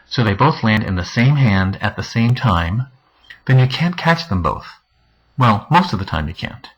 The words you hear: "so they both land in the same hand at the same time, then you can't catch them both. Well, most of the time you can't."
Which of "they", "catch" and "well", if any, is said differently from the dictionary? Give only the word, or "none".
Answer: none